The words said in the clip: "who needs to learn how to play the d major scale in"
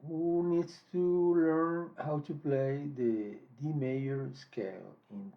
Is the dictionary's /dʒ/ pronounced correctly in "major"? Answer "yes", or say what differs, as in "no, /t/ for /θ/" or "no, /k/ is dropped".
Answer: no, /dʒ/ is dropped